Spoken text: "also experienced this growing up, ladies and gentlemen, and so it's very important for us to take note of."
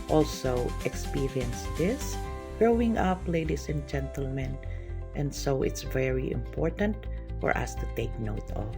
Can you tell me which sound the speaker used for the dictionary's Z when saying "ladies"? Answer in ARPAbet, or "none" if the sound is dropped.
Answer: S